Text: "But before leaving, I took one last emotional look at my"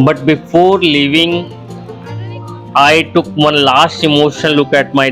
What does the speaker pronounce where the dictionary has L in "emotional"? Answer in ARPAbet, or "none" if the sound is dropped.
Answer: N